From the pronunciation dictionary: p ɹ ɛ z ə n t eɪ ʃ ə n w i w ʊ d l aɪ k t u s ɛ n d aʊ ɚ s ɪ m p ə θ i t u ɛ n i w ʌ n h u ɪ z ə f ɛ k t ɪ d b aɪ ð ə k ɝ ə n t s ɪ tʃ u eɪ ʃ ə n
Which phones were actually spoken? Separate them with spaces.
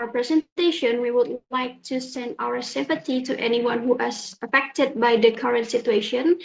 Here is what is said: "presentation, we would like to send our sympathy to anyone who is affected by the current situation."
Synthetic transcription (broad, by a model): p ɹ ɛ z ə n t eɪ ʃ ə n w i w ʊ d l aɪ k t u s ɛ n d aʊ ɚ s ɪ m p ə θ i t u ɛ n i w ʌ n h u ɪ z ə f ɛ k t ɪ d b aɪ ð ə k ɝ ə n t s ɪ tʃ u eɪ ʃ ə n